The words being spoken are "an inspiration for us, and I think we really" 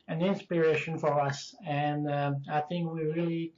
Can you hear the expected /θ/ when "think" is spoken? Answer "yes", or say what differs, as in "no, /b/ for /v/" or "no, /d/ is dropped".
yes